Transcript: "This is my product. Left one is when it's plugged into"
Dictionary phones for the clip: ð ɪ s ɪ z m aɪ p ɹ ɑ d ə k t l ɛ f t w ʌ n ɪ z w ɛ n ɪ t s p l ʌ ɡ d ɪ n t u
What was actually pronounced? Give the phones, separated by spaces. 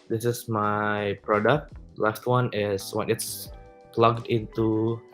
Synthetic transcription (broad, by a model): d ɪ s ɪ s m aɪ p ɹ ɑ d ə k t l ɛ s t w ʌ n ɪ s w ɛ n ɪ t s p l ʌ ɡ d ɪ n t u